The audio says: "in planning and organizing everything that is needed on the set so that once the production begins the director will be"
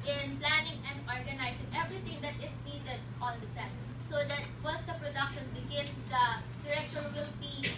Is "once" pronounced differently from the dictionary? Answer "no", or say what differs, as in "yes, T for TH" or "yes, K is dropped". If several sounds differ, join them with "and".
yes, N is dropped